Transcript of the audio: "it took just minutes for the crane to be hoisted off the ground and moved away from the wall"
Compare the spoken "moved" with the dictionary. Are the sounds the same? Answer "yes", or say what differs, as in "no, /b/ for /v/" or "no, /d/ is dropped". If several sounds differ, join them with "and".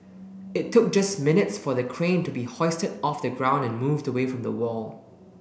yes